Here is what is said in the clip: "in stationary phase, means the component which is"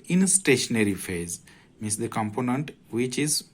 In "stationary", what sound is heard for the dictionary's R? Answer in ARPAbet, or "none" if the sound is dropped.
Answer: R